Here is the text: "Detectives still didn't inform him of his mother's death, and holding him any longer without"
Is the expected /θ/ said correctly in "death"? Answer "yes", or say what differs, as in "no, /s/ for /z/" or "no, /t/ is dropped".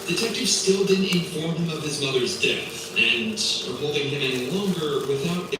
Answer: yes